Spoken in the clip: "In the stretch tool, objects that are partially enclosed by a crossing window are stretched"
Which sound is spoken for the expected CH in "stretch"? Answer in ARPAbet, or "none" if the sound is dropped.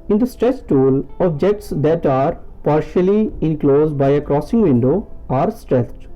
S